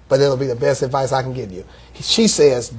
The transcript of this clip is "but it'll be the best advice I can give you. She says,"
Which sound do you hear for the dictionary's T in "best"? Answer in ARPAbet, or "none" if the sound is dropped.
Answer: T